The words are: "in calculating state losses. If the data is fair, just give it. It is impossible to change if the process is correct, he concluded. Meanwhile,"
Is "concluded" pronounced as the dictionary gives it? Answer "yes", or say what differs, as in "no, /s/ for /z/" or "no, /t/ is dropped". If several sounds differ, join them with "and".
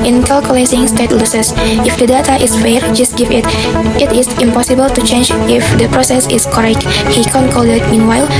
no, /l/ is dropped